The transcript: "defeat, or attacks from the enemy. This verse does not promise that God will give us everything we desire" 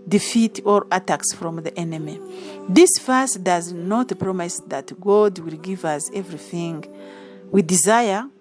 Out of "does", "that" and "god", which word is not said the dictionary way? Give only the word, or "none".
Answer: none